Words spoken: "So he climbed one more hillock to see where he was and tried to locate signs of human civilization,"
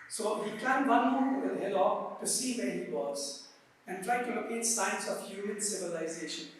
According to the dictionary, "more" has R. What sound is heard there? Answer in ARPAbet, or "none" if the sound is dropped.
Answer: L